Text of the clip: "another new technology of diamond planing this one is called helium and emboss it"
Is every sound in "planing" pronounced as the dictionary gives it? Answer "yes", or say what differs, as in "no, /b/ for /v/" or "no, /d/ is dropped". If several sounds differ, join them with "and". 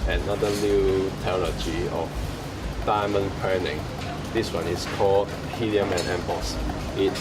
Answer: no, /l/ is dropped